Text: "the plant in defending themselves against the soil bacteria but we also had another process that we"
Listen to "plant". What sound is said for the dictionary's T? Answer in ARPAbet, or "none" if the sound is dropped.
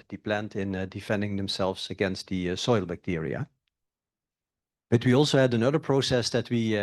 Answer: T